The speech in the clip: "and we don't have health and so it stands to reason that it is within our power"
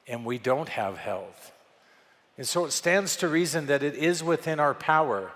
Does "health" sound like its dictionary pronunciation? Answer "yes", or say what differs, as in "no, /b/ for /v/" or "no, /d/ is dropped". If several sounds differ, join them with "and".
yes